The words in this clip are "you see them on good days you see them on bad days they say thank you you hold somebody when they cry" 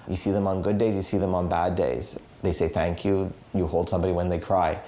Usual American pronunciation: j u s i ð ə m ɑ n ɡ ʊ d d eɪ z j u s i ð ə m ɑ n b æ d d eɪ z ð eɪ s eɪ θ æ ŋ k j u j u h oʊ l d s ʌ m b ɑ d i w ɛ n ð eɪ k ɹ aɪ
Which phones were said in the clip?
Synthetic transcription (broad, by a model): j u s i ð ə m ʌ n ɡ ʊ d d eɪ z j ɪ s i ð ə m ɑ n b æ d d eɪ z ð eɪ s eɪ θ æ ŋ k j u j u h oʊ l d s ʌ m b ɑ d i w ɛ n ð eɪ k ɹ aɪ